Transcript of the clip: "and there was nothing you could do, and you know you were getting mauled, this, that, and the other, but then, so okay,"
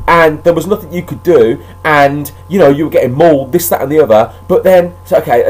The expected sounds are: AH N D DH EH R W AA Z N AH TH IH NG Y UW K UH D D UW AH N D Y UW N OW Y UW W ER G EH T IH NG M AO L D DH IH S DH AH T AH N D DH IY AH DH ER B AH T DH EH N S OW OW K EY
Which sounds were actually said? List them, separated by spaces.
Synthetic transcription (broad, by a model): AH N DH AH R W AA Z N AH TH IH NG Y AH K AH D D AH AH N Y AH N OW Y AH W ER G EH T IH NG M AO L DH IH S DH AH T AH N DH IY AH DH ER B AH T DH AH N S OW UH K EY